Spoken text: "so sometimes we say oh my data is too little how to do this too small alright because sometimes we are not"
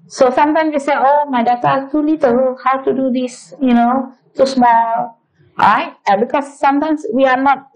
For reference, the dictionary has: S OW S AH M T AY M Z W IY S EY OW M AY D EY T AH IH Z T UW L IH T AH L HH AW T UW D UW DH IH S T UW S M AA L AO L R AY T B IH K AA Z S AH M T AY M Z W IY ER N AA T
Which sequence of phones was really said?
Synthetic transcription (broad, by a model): S OW S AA M T AY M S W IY S EY OW M AY D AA T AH T UW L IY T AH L HH AW T UW D UW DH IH S T UW S M AA L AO R AY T B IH K AA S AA M T AY M S W IY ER N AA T